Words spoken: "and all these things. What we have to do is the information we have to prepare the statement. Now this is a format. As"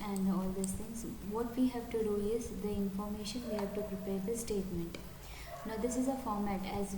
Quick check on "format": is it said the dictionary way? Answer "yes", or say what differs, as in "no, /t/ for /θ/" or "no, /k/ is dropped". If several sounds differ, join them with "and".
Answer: yes